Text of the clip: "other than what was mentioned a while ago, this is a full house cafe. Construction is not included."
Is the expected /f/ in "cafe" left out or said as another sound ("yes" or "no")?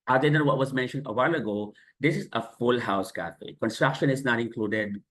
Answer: no